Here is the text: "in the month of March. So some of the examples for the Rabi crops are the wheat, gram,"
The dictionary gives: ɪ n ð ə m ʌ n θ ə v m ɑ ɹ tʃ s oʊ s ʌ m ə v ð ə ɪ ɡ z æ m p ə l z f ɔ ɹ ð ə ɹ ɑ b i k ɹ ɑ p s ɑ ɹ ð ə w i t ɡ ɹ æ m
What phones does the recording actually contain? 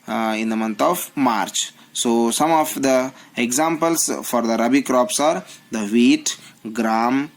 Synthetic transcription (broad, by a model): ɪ n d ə m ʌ n t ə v m ɑ ɹ tʃ s oʊ s ʌ m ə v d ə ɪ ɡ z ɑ m p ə l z f ɔ ɹ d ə ɹ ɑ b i k ɹ ɑ p s ɑ ɹ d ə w i t ɡ ɹ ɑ m